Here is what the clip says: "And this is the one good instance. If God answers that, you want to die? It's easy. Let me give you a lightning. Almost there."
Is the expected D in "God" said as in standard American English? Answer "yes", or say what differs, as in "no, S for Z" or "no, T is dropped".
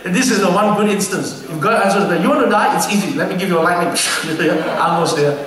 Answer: no, D is dropped